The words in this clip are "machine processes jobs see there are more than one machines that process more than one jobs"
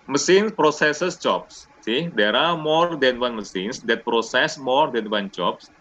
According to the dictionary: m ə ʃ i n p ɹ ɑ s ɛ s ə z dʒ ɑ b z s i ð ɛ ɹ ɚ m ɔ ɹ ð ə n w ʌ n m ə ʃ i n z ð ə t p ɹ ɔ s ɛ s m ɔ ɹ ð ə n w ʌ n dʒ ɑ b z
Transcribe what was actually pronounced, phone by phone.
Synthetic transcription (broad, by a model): m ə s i n p ɹ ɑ s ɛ s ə s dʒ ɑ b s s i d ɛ ɹ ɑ m ɔ ɹ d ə n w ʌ n m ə s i n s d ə t p ɹ ɔ s ɛ s m ɔ ɹ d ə n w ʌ n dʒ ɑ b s